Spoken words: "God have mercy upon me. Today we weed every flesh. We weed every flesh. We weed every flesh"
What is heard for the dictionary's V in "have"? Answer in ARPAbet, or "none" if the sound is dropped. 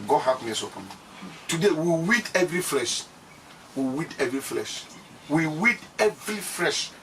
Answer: P